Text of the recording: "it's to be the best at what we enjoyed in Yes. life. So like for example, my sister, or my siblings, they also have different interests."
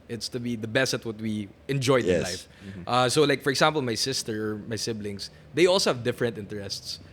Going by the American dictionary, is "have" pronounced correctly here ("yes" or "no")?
yes